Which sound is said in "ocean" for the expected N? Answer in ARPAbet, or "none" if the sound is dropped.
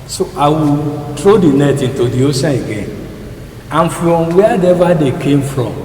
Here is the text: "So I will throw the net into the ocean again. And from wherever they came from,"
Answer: none